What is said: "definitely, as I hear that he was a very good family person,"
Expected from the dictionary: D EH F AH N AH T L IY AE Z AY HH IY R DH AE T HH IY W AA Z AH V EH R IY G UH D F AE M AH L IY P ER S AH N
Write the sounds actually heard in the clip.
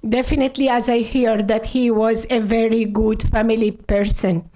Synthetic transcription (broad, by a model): D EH F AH N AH T L IY AE Z AY HH IY R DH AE T HH IY W AA Z AH V EH R IY G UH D F AE M AH L IY P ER S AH N